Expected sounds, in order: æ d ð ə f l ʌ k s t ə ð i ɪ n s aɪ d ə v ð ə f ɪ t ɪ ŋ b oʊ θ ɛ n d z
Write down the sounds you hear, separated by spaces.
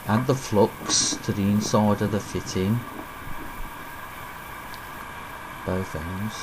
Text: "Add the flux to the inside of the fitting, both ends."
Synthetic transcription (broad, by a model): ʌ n ð ə f l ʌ k s t ə ð i ɪ n s aɪ d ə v ð ə f ɪ t ɪ ŋ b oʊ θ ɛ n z